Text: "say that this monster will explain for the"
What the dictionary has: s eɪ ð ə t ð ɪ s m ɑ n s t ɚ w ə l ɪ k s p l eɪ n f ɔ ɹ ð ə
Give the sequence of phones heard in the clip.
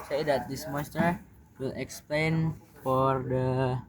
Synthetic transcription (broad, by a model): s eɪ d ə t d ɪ s m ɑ s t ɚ w ə l ɪ k s p l eɪ n f ɔ ɹ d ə